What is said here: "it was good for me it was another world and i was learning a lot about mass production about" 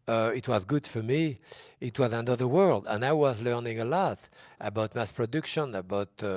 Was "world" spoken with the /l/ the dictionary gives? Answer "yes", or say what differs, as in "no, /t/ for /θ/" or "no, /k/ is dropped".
yes